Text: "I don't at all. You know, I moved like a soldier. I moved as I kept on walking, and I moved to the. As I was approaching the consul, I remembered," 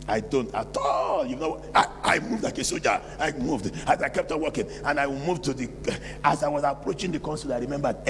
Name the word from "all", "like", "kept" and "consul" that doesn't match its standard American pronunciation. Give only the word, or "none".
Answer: none